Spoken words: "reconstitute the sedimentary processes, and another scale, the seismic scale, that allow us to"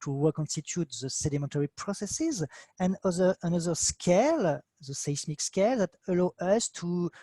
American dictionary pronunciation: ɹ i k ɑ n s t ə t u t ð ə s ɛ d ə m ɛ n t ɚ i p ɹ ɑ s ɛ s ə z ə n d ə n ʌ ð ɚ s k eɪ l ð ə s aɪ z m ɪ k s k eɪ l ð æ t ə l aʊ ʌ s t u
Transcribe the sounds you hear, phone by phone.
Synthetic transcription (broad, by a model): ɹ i k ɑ n s t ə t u t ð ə s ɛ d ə m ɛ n t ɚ i p ɹ ɑ s ɛ s ə z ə n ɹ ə n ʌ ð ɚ s k eɪ l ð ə s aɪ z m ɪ k s k eɪ l ð æ t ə l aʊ ʌ s t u